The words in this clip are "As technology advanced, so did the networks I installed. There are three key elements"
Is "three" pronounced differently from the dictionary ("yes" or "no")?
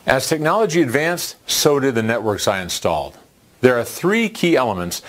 no